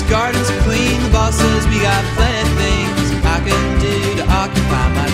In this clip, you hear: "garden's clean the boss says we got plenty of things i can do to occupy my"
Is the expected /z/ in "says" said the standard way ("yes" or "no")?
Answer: yes